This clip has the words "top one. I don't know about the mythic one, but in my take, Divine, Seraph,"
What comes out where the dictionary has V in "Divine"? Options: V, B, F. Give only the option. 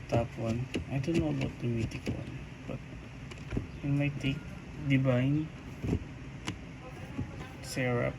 B